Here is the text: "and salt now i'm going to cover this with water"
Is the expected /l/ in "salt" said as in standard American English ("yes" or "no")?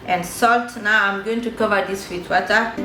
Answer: yes